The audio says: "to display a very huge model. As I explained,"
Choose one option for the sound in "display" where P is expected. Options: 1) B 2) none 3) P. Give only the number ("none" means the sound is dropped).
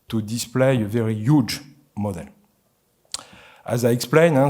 3